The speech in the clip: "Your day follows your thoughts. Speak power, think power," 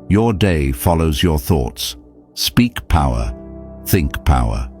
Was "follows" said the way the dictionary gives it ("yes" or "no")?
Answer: yes